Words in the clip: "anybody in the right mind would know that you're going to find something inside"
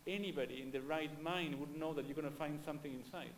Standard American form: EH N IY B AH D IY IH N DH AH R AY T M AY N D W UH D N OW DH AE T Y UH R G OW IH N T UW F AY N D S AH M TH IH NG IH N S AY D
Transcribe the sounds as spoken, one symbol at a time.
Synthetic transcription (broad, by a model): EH N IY B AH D IY IH N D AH R AY T M AY N D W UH D N OW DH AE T Y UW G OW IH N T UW F AY N D S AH M T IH NG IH N S AY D